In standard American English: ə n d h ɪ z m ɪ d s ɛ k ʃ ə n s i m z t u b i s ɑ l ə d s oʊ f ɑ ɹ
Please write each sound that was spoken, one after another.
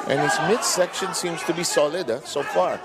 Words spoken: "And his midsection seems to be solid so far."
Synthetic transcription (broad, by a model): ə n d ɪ s m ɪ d s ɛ k ʃ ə n s i m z t u b i s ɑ l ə d s oʊ f ɑ ɹ